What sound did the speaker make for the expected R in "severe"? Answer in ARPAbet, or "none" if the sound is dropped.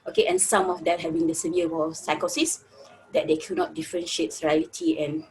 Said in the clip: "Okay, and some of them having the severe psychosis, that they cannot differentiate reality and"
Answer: W